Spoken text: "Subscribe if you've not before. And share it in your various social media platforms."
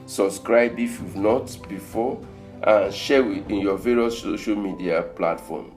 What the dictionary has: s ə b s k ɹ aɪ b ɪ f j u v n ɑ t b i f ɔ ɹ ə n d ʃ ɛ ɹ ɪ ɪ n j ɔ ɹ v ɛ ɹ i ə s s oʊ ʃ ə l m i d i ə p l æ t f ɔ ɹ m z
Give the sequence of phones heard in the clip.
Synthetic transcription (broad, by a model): s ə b s k ɹ aɪ b ɪ f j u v n ɑ t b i f ɔ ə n ʃ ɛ w ɪ ɪ n j ɔ v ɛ ɹ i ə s s oʊ ʃ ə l m i d i ə p l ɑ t f ɔ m